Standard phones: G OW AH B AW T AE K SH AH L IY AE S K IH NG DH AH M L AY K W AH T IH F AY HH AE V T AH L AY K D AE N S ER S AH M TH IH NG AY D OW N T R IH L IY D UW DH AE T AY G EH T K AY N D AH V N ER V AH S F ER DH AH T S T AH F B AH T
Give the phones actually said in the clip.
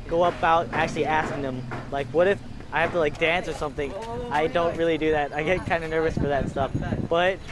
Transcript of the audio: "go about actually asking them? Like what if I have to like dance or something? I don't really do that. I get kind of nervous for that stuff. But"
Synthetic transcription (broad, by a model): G OW AH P AW T AE K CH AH L IY AE S K IH NG DH AH M L AY K W AH T IH F AY HH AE F T AH L AY K D AE N S ER S AH M TH IH NG AY D OW N T R IH L IY D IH DH AE T AY G EH T K AY N D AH N ER V AH S F ER DH AH T S T AH F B AH T